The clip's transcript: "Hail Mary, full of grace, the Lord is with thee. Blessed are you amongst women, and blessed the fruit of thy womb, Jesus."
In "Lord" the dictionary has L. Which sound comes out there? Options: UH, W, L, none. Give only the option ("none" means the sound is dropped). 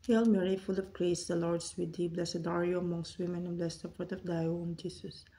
L